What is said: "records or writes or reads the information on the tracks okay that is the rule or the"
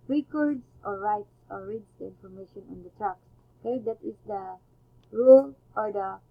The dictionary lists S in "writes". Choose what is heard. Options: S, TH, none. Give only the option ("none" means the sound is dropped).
S